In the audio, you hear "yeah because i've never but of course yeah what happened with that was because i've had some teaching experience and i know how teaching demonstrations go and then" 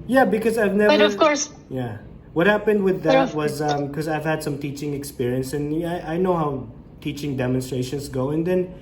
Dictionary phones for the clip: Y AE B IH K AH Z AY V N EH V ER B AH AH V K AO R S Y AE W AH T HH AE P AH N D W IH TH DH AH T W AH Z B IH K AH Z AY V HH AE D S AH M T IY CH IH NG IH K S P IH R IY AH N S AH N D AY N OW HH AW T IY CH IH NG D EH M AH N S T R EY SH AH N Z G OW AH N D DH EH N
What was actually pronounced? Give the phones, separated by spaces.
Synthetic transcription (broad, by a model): Y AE B IH K AH Z AY V N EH ER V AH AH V K AO R S Y AE W AH T HH AE P AH N D W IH DH AH T W AH Z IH K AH Z AY V HH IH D S AH M T IY CH IH NG IH K S P IH R IY AH N S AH N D AY N OW HH AW T IY CH IH NG D EH M AH N S T R EY SH AH N Z G OW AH N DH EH N